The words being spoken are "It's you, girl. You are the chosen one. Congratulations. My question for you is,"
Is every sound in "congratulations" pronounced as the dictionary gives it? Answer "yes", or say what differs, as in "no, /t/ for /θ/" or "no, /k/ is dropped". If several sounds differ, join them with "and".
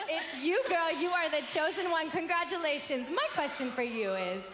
yes